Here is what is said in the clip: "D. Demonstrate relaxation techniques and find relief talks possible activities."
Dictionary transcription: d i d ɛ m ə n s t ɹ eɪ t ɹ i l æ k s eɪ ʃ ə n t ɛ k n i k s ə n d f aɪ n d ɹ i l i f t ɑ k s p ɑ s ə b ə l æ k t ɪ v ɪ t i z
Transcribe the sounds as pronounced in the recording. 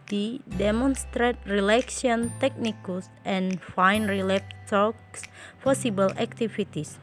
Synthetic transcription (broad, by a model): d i d ɛ m ə n s t ɹ eɪ t ɹ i l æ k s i ə n t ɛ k n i k s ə n f aɪ n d ɹ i l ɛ p t ɑ k s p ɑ s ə b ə l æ k t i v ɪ t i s